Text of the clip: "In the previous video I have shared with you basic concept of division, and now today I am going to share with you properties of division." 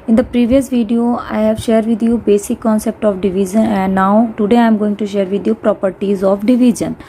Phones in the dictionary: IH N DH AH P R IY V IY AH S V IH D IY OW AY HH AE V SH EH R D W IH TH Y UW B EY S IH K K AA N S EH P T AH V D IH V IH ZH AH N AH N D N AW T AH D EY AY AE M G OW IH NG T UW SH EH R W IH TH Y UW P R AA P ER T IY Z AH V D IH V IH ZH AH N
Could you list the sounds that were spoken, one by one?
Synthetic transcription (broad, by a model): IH N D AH P R IY V IY AH S V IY D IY OW AY HH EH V SH EH R D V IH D Y UW B EY S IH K K AA N S EH P T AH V D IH V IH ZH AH N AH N D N AW T AH D EY AY M G OW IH NG T UW SH EH R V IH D Y UW P R AA P ER T IY Z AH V D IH V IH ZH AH N